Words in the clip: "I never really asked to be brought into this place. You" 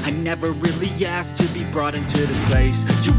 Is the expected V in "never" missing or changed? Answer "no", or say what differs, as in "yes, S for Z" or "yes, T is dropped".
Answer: no